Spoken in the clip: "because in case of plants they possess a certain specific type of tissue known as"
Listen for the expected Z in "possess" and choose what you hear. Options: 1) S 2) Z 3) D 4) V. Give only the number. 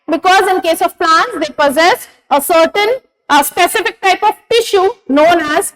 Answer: 2